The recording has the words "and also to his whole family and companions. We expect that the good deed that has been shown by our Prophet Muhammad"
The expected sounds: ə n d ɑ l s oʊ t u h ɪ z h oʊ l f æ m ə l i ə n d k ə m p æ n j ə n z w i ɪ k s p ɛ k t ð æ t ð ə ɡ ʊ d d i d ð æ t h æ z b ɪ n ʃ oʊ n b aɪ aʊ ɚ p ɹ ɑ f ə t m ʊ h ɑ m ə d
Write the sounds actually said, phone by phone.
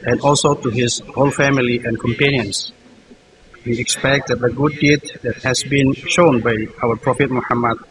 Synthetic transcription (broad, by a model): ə n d ɑ l s oʊ t u h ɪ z h oʊ l f æ m ə l i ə n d k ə m p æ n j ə n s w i ɪ k s p ɛ k t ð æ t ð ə ɡ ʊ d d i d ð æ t h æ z b ɪ n ʃ oʊ n b aɪ aʊ ɚ p ɹ ɑ f ə t m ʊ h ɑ m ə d